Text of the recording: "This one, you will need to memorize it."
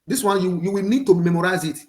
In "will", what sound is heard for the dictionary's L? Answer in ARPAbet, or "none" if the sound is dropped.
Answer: W